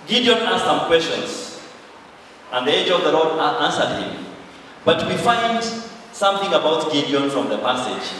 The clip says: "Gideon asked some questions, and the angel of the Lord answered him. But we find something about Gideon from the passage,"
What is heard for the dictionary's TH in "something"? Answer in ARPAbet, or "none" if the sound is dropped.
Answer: TH